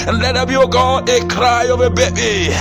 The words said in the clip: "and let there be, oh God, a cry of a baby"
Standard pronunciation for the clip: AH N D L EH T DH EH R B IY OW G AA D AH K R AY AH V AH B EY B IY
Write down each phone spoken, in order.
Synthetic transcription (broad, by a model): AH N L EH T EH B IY OW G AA AH K R AY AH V AH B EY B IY